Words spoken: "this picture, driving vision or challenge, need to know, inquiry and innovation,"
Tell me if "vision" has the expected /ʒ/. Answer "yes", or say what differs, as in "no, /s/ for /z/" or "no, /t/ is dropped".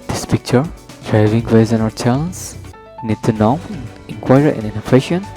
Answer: no, /z/ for /ʒ/